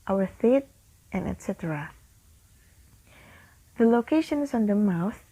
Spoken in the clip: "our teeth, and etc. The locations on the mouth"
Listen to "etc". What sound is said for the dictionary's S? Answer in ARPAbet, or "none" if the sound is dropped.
S